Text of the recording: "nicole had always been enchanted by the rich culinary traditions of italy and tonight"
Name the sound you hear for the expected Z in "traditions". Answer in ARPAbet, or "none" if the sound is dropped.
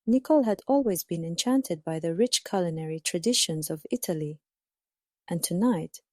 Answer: Z